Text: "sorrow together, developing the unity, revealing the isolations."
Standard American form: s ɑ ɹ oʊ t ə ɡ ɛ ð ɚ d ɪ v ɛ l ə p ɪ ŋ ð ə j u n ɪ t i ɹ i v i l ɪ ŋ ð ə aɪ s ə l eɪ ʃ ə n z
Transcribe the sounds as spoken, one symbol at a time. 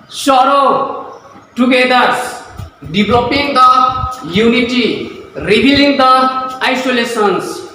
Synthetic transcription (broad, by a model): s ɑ ɹ oʊ t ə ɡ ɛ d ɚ d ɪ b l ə p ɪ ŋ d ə j u n ɪ t i ɹ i b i l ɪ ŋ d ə aɪ s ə l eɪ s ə n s